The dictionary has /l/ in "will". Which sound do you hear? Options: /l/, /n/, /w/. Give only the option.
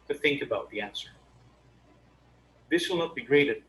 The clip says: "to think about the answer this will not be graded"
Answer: /l/